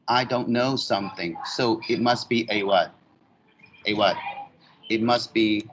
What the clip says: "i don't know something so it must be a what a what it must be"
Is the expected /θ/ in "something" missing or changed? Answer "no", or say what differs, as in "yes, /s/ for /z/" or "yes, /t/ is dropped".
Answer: no